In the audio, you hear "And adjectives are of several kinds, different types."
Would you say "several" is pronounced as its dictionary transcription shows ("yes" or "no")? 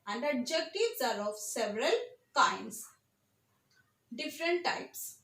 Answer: yes